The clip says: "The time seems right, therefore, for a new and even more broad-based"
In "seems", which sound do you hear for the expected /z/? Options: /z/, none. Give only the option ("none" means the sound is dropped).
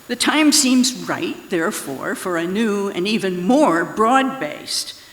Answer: /z/